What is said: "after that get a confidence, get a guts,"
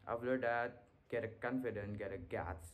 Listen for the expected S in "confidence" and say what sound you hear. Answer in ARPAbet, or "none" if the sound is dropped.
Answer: none